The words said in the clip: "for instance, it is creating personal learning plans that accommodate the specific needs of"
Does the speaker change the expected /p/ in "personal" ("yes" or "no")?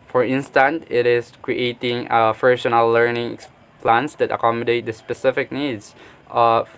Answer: yes